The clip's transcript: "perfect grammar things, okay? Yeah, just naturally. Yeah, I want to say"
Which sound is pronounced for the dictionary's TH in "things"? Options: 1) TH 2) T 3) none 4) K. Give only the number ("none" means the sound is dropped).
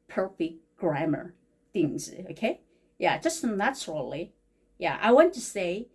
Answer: 1